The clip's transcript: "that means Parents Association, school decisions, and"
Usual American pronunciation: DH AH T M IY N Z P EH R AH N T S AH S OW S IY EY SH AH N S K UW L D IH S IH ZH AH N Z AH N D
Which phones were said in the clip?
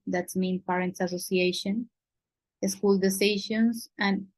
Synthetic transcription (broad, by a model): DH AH T M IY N P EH R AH N T S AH S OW S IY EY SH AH N S K UW L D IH S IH SH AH N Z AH N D